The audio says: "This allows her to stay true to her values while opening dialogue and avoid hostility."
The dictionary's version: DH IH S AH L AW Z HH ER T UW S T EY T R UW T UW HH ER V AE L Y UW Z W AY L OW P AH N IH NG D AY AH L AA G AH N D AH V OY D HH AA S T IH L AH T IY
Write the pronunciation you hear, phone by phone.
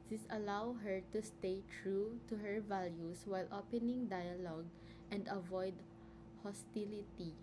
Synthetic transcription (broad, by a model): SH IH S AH L AW HH ER T UW S T EY T R UW T UW HH ER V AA L Y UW S W AY L OW P AH N IH NG D AY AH L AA G AH N D AH V OY D HH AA S T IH L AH T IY